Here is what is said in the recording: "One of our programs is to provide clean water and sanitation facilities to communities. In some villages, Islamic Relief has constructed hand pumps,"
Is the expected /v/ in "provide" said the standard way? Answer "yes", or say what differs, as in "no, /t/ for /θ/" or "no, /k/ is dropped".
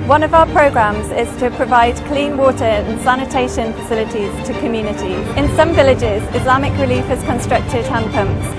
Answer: yes